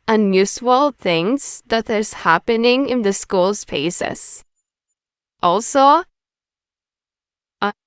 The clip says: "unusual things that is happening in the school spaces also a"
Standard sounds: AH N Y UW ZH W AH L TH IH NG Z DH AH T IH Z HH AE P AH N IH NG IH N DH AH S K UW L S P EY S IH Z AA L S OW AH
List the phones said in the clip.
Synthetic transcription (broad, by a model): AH N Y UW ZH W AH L TH IH NG Z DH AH T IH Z HH AE P AH N IH NG IH N DH AH S K UW L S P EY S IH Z AA L S OW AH